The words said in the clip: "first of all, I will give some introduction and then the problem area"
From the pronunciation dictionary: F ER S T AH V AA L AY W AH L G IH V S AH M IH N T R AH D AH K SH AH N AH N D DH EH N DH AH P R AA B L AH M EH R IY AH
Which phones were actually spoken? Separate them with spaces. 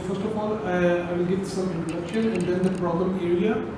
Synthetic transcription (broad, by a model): F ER S T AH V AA L AY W L G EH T S AH M IH N T R AH D AH K SH AH N AH N D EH N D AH P R AA B L AH M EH R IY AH